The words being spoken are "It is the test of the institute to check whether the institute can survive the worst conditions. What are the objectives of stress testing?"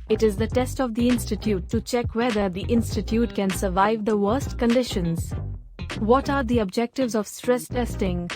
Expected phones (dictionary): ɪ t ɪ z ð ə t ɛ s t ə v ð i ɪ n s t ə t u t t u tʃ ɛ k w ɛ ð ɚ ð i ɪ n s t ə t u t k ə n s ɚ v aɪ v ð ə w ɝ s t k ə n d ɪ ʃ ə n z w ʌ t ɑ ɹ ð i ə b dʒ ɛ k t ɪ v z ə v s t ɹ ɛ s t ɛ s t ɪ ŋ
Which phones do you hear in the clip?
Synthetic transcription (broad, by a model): ɪ t ɪ z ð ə t ɛ s t ə v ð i ɪ n s t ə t u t t u tʃ ɛ k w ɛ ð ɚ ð i ɪ n s t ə t u t k ə n s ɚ v aɪ v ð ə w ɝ s t k ə n d ɪ ʃ ə n z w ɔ t ɑ ɹ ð i ə b dʒ ɛ k t ɪ v z ə v s t ɹ ɛ s t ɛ s t ɪ ŋ